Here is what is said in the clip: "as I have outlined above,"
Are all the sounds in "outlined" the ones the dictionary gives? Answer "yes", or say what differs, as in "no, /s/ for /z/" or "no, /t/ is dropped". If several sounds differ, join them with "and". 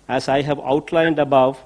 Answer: yes